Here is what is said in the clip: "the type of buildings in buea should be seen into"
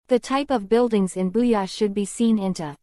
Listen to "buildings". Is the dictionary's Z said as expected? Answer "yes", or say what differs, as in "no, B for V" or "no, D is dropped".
yes